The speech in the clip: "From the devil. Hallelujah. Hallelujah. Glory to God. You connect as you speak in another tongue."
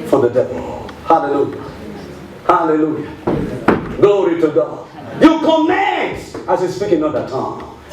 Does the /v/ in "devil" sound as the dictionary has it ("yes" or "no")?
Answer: yes